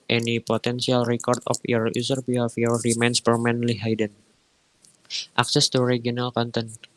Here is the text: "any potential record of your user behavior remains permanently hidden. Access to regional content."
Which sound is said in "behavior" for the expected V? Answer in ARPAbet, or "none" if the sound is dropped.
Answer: F